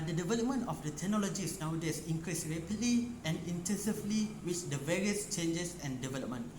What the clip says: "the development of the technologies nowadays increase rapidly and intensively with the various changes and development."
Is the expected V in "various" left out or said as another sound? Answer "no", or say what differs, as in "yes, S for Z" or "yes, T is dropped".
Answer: no